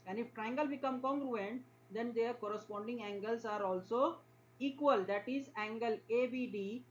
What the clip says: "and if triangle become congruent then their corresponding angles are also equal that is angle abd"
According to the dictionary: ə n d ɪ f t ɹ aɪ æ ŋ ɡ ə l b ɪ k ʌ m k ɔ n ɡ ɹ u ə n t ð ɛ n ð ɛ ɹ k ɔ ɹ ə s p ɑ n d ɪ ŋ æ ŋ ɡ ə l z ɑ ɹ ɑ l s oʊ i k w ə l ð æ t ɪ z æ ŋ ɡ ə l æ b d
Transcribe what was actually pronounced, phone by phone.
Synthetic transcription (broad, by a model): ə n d ɪ f t ɹ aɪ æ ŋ ɡ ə l b ɪ k ʌ m k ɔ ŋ ɡ ɹ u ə n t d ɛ n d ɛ ɹ k ɔ ɹ ə s p ɑ n d ɪ ŋ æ ŋ ɡ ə l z ɑ ɹ ɑ l s oʊ i k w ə l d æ t ɪ z æ ŋ ɡ ə l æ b d